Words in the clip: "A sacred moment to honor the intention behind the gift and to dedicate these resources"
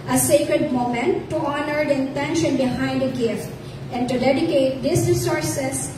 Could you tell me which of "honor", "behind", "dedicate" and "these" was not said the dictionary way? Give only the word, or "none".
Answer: these